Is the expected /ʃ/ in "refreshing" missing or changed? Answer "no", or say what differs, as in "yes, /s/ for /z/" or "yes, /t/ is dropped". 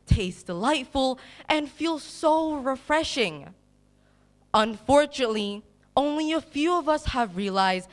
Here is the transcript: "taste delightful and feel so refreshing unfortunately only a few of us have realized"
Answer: no